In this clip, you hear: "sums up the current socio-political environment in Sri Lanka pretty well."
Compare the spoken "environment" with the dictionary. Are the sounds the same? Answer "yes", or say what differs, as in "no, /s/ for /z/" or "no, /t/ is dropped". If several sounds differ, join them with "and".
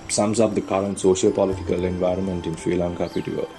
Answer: yes